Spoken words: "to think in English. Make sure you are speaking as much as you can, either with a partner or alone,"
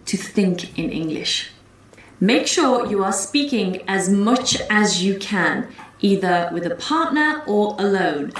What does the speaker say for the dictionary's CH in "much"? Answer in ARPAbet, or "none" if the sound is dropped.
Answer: CH